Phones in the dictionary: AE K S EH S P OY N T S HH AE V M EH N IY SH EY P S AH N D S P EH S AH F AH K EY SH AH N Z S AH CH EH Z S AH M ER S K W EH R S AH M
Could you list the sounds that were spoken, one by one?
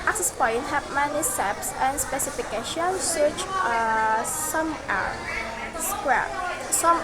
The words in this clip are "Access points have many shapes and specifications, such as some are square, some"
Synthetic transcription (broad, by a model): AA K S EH S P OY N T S HH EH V M EH N IY S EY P S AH N S P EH S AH F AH K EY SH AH N S AH CH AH S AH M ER S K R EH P S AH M